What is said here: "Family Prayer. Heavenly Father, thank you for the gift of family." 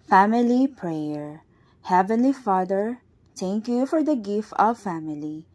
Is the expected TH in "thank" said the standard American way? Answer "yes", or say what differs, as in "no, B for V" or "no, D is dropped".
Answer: no, T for TH